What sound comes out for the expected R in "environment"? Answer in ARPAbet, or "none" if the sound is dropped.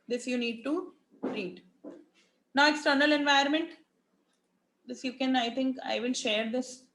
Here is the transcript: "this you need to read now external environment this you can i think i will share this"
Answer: none